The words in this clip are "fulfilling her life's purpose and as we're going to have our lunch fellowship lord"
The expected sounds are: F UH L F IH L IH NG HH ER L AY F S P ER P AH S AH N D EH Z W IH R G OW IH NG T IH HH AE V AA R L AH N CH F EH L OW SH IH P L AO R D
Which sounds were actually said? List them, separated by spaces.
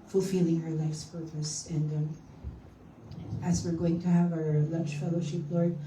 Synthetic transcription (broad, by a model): F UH L F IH L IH NG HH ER L AY F S P ER P AH S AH N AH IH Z W IH R G OW IH NG T IH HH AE V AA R L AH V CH F EH L OW SH IH P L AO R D